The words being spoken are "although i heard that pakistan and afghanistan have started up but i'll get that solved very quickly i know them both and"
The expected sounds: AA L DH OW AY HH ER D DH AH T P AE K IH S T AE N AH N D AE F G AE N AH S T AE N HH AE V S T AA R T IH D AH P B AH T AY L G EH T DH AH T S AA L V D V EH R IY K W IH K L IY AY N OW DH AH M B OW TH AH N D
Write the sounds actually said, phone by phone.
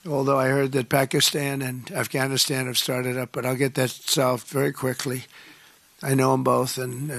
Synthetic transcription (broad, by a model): AA L DH OW AY HH ER D DH AH T P AE K IH S T AE N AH N AE F G AE N AH S T AE N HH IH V S T AA R T IH D AH P B AH T AY L G EH T DH AH T S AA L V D V EH R IY K W IH K L IY AY N OW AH M B OW TH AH N